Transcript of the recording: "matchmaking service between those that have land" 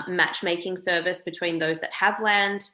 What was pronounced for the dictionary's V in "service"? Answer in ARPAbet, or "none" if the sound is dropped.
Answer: V